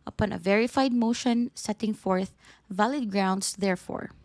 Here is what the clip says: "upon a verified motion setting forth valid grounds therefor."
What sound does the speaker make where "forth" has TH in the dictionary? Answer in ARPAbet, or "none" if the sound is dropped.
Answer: TH